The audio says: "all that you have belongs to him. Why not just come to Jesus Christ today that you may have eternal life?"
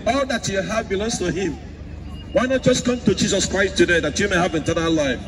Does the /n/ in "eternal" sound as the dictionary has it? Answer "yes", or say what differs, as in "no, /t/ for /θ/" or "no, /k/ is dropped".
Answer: no, /n/ is dropped